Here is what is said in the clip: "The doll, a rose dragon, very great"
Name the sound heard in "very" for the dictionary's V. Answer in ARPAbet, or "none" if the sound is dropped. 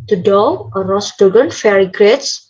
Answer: F